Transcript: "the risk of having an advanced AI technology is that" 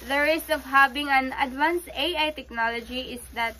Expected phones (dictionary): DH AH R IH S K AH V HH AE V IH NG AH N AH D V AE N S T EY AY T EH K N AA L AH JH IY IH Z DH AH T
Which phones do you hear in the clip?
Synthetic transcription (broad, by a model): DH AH R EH S AH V HH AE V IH NG AH N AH D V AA N S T EY AY T EH K N AA L AH JH IY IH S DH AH T